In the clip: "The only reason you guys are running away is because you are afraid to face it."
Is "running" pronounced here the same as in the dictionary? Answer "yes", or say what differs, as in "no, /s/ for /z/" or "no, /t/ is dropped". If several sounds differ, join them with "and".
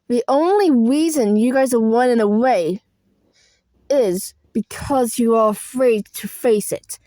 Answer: no, /w/ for /ɹ/